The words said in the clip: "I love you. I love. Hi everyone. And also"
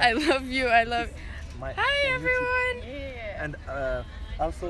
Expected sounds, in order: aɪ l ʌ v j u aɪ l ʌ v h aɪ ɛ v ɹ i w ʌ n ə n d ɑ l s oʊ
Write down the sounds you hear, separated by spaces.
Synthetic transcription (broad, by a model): aɪ l ʌ v j u aɪ l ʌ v h aɪ ɛ v ɹ i w ʌ n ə n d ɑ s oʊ